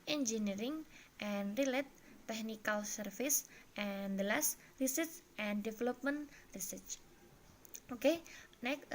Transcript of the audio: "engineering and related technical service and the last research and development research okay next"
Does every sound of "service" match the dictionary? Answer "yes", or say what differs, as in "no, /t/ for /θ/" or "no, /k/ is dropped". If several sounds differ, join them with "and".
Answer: no, /f/ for /v/